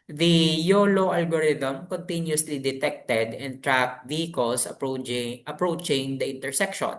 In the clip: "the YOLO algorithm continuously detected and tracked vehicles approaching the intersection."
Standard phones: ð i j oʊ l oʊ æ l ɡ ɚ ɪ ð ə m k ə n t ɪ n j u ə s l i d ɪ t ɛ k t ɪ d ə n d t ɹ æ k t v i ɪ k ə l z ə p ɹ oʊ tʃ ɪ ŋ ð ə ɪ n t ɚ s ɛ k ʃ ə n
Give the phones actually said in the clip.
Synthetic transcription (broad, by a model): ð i j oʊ l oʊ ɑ l ɡ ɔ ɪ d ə m k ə n t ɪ n j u s l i d ɪ t ɛ k t ɪ d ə n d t ɹ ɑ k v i k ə l s ə p ɹ oʊ tʃ ɪ ŋ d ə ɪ n t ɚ s ɛ k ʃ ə n